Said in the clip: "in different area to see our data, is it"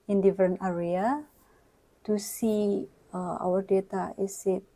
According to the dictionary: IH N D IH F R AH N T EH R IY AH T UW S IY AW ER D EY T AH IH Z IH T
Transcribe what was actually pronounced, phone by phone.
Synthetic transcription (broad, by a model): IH N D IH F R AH N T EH R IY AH T UW S IY AW ER D EY T AH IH S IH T